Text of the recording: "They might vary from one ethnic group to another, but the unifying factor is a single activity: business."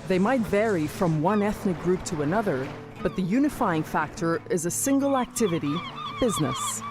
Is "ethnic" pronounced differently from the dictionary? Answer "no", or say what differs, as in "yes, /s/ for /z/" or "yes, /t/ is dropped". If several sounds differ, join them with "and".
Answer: no